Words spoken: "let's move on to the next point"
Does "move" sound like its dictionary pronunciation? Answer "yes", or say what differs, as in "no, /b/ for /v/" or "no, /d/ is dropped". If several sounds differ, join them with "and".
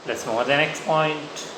no, /v/ is dropped